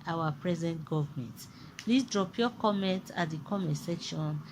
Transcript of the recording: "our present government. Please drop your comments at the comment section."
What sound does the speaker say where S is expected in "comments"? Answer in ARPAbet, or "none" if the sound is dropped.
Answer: none